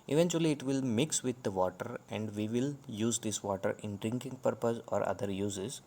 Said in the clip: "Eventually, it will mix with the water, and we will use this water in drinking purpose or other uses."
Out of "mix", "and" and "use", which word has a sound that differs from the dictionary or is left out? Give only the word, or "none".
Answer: none